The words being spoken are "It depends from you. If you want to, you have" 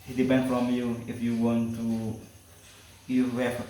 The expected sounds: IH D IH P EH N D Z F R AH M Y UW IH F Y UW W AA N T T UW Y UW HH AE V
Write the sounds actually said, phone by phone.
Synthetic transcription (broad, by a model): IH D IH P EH N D F R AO M Y UW IH F Y UW W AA N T T UW Y UW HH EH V